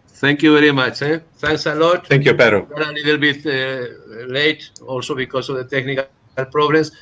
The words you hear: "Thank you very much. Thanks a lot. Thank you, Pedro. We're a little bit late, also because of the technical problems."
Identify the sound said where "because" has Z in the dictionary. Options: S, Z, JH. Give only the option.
S